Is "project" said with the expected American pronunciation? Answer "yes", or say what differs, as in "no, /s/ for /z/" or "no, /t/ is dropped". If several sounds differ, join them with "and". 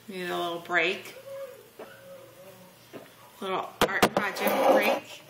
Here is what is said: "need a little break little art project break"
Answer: no, /ɹ/ is dropped